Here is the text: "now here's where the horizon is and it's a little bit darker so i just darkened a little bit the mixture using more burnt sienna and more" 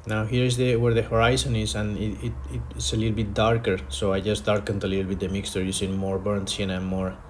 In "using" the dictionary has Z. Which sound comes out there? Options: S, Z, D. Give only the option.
S